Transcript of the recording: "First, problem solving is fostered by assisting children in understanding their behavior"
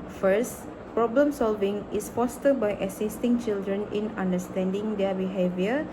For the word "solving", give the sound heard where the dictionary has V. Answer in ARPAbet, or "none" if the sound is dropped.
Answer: V